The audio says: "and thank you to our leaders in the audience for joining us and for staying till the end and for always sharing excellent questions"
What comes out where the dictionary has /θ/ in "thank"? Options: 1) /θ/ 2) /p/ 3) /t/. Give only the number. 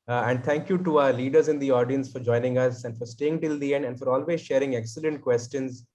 3